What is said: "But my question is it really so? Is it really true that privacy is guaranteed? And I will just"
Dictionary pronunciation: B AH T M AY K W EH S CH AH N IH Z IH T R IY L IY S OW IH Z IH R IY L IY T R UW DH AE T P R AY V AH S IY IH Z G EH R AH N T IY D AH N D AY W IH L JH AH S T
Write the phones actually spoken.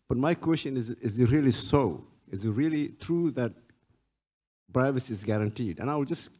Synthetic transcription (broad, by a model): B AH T M AY K W EH S CH AH N IH Z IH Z R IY L IY S OW IH Z IH R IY L IY T R UW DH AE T B R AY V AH S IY IH Z G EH R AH N T IY D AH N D AY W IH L JH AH S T